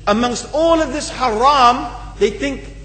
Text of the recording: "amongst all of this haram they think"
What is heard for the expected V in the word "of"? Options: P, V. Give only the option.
V